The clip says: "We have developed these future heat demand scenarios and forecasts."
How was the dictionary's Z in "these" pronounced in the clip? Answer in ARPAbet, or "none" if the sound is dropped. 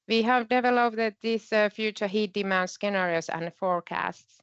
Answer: S